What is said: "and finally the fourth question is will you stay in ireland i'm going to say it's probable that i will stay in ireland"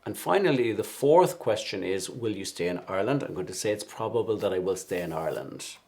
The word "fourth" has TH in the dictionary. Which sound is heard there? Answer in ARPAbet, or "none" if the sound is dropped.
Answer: TH